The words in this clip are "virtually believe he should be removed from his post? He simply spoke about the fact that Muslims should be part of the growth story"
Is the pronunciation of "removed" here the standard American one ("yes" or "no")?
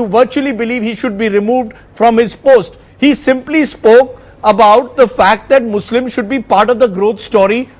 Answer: yes